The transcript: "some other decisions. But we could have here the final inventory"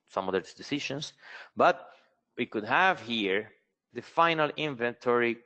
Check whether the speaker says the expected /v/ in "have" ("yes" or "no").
yes